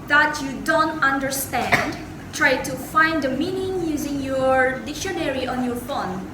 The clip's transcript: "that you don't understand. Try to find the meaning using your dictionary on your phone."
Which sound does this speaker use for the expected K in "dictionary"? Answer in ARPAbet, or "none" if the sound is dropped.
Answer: K